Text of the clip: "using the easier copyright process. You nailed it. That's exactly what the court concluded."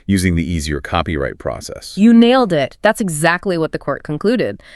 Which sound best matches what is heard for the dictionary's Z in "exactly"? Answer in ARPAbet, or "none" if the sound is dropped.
Z